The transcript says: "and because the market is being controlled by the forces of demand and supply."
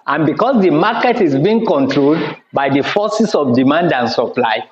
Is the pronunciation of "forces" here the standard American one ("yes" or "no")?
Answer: no